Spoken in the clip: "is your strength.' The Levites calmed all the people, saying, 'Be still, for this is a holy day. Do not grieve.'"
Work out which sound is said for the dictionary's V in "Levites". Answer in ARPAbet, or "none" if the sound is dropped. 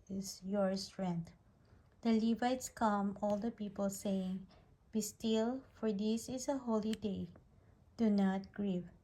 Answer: V